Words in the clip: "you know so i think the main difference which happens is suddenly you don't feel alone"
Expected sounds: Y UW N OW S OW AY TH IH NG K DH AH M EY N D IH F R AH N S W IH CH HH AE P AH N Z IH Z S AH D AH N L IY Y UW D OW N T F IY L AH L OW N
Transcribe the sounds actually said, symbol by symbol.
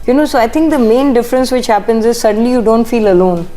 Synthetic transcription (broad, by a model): Y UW N OW S OW AY T IH NG K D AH M EY N D IH F R AH N S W IH CH HH AE P AH N Z IH Z S AH D AH N L IY Y UW D OW N T F IY L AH L OW N